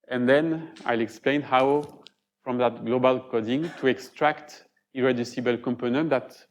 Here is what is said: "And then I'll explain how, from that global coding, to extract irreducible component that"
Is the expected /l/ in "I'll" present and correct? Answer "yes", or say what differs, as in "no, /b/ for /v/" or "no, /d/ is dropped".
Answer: yes